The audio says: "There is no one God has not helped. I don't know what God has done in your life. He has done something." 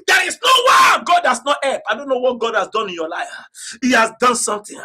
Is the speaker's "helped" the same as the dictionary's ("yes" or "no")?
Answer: no